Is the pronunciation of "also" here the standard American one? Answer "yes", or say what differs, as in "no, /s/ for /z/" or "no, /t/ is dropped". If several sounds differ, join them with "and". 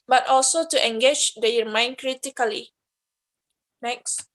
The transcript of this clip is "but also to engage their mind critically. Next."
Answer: yes